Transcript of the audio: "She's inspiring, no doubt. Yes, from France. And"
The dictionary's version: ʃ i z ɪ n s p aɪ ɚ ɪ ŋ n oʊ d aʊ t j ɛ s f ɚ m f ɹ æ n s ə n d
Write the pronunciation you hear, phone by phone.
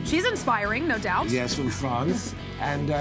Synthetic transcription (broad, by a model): ʃ i z ɪ n s p aɪ ɚ ɪ ŋ n oʊ d aʊ t j ɛ s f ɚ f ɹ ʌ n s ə n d